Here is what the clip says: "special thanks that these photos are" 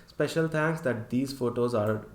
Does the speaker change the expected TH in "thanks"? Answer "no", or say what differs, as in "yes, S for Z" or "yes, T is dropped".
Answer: yes, T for TH